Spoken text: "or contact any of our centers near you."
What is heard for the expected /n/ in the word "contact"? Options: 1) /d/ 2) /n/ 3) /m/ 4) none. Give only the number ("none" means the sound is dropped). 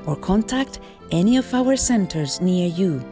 2